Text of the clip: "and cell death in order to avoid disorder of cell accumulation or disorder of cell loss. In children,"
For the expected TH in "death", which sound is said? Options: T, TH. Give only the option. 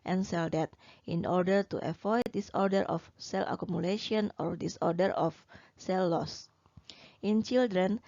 T